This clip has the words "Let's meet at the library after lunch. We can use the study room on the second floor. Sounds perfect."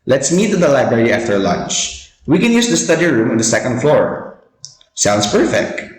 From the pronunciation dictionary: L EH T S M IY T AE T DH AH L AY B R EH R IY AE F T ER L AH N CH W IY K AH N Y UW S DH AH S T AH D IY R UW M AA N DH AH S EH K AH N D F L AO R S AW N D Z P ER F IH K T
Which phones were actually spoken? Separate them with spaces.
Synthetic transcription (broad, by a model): L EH T S M IY T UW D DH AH L AY B R EH R IY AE F T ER L AH N CH W IY K AH N Y UW S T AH S T AH D IY R UW M AA N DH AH S EH K AH N D F L AO R S AW N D S P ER F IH K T